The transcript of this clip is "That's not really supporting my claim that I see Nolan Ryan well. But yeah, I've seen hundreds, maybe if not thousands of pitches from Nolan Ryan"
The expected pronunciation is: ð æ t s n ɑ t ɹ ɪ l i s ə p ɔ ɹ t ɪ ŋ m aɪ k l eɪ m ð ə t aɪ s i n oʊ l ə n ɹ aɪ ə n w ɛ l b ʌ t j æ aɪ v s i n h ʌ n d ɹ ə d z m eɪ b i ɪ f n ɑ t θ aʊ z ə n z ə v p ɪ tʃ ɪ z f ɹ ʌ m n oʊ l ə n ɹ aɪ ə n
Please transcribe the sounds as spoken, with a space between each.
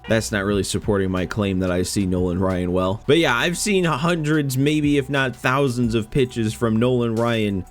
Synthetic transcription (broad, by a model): ð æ t s n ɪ t ɹ ɪ l i s ə p ɔ ɹ t ɪ ŋ m aɪ k l eɪ m ð ə t aɪ s i n oʊ l ə n ɹ aɪ ə n w ɛ l b ʌ t j æ aɪ v s i n h ʌ n d ɹ ə d z m eɪ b i ɪ f n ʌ t θ aʊ z ə n z ə v p ɪ tʃ ɪ z f ɹ ʌ m n oʊ l ə n ɹ aɪ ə n